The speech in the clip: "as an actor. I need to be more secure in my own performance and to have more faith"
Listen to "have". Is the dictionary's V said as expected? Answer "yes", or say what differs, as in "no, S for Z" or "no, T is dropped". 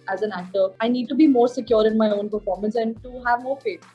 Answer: yes